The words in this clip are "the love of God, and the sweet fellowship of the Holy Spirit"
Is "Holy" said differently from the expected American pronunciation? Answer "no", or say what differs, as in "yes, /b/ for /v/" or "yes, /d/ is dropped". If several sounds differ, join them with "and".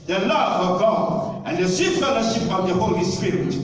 no